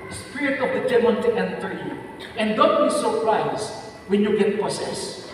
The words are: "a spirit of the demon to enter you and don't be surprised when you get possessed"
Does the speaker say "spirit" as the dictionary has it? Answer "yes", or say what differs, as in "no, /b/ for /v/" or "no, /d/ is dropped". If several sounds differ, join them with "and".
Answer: yes